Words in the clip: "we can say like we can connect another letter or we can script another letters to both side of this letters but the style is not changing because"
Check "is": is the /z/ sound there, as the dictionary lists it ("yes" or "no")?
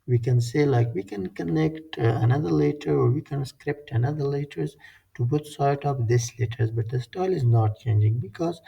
yes